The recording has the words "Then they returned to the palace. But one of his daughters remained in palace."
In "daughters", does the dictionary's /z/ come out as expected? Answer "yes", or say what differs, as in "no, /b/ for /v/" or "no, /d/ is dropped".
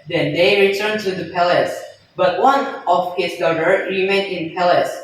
no, /z/ is dropped